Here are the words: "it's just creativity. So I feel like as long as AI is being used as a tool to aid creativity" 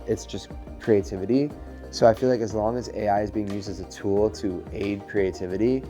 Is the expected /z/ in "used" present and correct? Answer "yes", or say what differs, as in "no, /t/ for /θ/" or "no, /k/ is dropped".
yes